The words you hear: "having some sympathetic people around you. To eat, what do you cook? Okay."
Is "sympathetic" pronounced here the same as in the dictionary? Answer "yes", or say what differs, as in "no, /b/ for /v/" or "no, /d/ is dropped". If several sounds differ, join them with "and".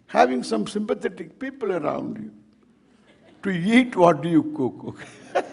no, /t/ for /θ/